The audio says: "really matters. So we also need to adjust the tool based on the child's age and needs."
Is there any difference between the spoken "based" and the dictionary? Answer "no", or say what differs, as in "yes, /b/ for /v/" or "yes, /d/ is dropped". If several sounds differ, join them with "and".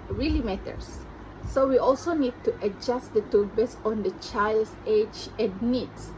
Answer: yes, /t/ is dropped